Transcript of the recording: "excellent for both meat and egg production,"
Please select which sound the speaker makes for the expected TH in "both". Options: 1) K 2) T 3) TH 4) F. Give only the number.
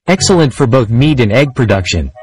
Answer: 3